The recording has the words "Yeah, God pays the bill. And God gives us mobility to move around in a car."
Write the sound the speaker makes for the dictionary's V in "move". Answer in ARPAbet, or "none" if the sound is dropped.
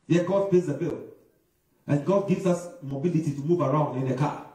V